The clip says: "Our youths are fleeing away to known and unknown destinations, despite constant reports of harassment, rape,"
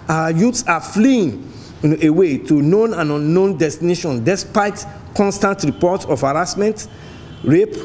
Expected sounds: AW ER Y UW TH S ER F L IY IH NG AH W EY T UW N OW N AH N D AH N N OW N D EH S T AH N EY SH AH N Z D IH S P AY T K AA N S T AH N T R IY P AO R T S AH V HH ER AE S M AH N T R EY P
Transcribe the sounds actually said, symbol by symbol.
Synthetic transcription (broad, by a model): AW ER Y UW T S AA F L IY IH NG AH W EY T UW N OW N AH N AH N N OW N D EH S T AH N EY SH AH N D IH S P AY T K AA N S T AH N T R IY P AO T AH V HH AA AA S M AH N T R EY P